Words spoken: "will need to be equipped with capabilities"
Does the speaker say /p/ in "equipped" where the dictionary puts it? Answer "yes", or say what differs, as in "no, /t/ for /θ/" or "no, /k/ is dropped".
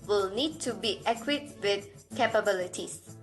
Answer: no, /p/ is dropped